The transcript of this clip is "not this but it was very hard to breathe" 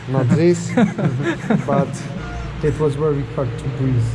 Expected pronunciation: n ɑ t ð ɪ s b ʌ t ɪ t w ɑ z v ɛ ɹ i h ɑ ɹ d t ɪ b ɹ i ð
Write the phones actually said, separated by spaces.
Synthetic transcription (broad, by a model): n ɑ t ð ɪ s b ʌ t ɪ t w ɑ z w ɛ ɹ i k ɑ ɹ t ɪ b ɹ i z